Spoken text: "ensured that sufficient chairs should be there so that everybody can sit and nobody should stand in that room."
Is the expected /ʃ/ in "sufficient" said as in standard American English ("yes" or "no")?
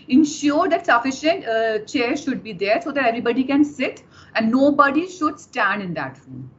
yes